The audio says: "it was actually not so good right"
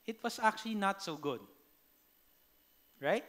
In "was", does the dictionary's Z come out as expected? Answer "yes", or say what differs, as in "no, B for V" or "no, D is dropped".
no, S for Z